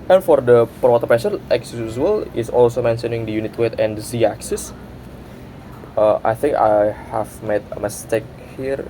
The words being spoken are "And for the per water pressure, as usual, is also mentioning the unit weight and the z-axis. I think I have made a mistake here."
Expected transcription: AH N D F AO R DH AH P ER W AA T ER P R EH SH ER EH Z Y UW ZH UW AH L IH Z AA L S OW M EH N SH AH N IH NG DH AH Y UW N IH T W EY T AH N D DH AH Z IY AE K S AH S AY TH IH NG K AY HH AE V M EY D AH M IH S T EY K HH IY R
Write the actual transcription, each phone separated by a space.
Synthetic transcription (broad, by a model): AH N F AO R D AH P ER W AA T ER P EH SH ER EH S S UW S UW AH L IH S AA L S OW M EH N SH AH N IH NG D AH Y UW N IH T W EY T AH N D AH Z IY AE K S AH S AY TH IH NG K AY HH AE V M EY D AH M IH S T EY K HH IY R